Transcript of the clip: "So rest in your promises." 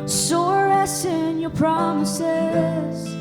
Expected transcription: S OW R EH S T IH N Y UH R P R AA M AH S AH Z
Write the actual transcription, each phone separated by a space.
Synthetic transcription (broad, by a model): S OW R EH S IH N Y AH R P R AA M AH S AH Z